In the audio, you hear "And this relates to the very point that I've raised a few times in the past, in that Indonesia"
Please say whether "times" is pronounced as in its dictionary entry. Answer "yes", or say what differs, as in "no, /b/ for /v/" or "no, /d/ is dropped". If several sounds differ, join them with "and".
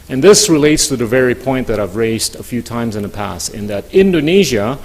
yes